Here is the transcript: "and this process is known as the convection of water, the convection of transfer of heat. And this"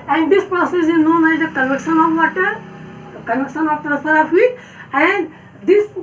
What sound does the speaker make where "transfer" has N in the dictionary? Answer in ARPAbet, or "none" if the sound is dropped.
none